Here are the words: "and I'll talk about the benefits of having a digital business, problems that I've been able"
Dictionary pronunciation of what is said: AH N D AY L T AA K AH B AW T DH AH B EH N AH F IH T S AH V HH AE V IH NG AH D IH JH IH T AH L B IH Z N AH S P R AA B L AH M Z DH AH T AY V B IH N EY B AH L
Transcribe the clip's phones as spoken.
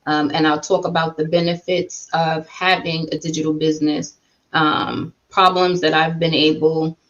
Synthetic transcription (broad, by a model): AH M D AY L T AA K AH B AW T DH AH B EH N AH F IH T S AH V HH AE V IH NG AH D IH JH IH T L B IH Z N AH S P R AA B L AH M Z DH AH T AY V B IH N EY B L